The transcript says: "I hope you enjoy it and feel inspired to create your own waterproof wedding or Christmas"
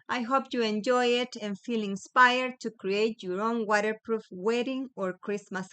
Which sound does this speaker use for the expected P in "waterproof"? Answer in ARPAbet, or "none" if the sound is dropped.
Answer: P